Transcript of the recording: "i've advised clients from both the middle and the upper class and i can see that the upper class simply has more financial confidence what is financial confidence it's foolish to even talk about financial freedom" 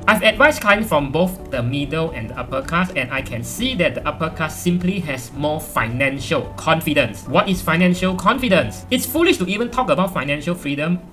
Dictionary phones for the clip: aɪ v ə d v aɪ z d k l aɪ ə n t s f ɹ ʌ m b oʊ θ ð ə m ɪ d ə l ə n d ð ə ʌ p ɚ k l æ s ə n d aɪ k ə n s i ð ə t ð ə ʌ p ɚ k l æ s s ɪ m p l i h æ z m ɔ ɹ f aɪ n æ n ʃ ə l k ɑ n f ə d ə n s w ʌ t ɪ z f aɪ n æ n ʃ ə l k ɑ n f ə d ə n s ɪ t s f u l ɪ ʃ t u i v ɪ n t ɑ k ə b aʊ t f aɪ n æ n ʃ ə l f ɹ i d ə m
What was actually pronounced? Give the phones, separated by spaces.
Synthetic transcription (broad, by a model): aɪ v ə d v aɪ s k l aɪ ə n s f ɹ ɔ m b oʊ θ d ə m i d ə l ə n d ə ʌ p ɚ k ɑ s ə n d aɪ k ə n s i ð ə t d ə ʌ p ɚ k ɑ s s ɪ m p l i h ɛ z m ɔ f aɪ n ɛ n ʃ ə l k ɑ n f ə d ə n s w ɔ t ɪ s f aɪ n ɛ n ʃ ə l k ɑ n f ə d ə n s ɪ t s f u l ɪ ʃ t u i v ɪ n t ɑ k ə b aʊ t f aɪ n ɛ n ʃ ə l f ɹ i d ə m